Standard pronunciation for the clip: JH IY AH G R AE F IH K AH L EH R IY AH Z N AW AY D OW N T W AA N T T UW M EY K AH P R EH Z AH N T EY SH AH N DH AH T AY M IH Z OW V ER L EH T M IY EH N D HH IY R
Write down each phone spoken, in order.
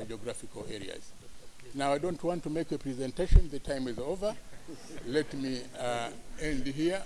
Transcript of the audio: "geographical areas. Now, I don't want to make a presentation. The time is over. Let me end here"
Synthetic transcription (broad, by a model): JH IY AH G R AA F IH K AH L EH R IY AH Z N AW AY D OW N T W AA N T T UW M EY K AH P R EH Z AH N T EY SH AH N DH AH T AY M IH Z OW V ER L EH T M IY EH N D HH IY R